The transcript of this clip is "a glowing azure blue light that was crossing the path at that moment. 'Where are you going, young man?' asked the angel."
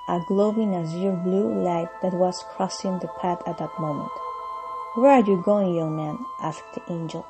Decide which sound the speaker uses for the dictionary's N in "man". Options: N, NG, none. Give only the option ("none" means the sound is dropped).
N